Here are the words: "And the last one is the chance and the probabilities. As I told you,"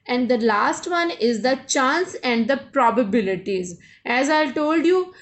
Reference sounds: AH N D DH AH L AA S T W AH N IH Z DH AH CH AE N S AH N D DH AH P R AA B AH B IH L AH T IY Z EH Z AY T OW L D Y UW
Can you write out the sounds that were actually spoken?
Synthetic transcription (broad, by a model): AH N D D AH L AA S T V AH N IH Z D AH CH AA N S AH N D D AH P R AA B AH B IH L AH T IY Z EH Z AY T OW L D Y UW